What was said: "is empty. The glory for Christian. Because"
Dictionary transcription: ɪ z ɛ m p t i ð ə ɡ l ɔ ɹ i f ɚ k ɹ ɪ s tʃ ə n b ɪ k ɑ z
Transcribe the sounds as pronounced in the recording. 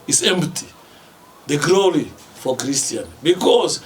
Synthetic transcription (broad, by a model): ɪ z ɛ m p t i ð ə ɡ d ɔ l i f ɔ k ɹ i s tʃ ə n b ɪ k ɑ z